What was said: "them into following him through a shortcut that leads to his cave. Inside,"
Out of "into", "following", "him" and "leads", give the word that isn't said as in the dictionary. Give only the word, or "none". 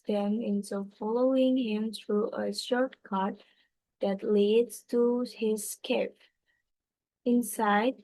into